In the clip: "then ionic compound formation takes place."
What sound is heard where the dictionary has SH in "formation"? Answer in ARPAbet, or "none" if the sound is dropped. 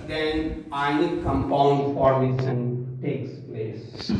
S